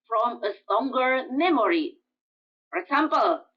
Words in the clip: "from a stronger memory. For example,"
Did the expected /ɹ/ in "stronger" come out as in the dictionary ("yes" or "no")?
no